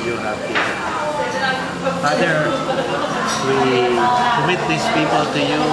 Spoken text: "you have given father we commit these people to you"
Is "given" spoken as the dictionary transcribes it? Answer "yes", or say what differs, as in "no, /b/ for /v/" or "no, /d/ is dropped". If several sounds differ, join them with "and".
no, /v/ is dropped